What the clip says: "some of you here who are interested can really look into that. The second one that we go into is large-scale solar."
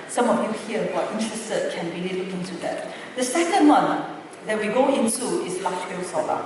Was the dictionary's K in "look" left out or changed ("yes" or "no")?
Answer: yes